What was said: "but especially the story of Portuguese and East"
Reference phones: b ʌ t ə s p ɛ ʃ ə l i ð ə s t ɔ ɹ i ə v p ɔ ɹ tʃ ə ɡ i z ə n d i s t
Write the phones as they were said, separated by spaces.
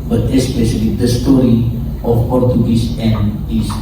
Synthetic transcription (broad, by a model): b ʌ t ə s p ɛ ʃ ə l i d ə s t ɔ ɹ i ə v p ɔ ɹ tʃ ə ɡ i s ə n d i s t